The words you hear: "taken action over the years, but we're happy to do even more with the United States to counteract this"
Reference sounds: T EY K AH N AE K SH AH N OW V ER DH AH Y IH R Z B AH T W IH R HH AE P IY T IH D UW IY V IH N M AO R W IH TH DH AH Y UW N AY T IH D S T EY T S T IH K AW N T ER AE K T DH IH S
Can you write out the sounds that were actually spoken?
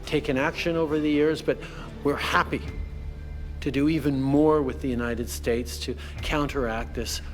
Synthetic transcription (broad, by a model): T EY K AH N AE K SH AH N OW V ER DH AH Y IH R Z B AH T W IH R HH AE P IY T IH D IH IY V IH N M AO R W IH DH AH Y UW N AY T IH D S T EY T S T IH K AW N T ER AE K T DH IH S